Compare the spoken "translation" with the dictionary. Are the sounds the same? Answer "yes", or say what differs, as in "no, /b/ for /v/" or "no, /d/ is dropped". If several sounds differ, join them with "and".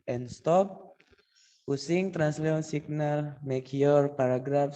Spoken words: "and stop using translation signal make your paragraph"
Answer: no, /ʃ/ is dropped